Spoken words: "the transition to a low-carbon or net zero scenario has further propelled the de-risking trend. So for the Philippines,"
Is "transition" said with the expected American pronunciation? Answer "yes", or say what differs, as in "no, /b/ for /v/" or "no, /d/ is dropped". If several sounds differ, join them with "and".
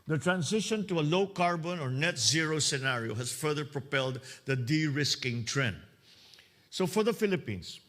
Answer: no, /s/ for /z/